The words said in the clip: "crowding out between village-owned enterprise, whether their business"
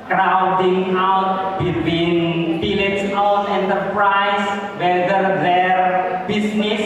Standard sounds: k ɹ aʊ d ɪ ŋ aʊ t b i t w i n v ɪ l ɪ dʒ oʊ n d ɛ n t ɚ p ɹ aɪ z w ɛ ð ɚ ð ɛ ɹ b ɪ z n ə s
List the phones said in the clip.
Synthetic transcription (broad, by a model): k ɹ aʊ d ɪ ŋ aʊ t b i t w i n b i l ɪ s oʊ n ɛ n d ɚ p ɹ aɪ s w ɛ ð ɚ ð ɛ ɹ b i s n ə s